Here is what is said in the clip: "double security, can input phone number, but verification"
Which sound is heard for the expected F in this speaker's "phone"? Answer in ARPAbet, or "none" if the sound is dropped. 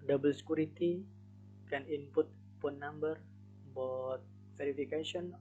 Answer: P